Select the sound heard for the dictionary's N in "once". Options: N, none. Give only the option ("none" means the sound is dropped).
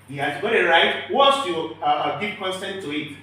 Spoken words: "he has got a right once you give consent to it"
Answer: none